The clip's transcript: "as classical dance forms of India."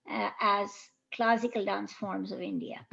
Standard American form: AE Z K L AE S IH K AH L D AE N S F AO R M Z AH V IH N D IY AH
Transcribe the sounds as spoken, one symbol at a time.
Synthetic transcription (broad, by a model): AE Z K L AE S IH K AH L D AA N S F AO R M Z AH V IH N D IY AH